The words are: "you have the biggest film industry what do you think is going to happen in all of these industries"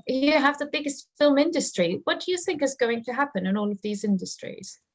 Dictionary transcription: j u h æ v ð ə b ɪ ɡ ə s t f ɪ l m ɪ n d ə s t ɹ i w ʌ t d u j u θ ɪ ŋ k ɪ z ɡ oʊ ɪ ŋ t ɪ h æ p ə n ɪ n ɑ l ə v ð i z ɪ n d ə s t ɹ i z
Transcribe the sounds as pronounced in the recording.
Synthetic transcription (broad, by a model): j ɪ h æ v ð ə b ɪ ɡ ə s t f ɪ l m ɪ n d ə s t ɹ i w ʌ t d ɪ j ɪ θ ɪ ŋ k ɪ z ɡ oʊ ɪ ŋ t ɪ h æ p ə n ɪ n ɑ l ə v ð i z ɪ n d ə s t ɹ i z